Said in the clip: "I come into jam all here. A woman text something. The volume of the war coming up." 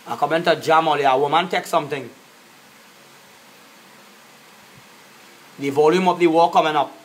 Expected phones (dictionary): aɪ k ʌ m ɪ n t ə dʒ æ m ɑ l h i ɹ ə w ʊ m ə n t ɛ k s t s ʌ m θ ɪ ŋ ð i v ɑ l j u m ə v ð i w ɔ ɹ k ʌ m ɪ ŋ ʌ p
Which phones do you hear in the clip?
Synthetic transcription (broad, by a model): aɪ k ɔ m ɪ n t ə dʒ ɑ m ɑ l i ə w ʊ m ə n t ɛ k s s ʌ m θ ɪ ŋ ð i v ɑ l j u m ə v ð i w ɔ k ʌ m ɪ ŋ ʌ p